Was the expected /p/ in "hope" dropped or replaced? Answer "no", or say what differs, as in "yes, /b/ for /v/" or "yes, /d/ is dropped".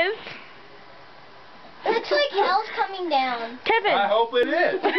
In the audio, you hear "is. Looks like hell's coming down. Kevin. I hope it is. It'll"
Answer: yes, /p/ is dropped